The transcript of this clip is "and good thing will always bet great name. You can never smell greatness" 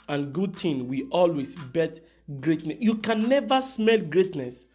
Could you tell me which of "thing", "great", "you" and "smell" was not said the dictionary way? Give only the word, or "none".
thing